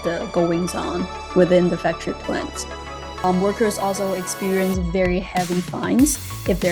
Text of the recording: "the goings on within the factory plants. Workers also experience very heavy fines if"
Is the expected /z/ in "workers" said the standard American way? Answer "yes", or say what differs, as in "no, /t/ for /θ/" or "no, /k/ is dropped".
yes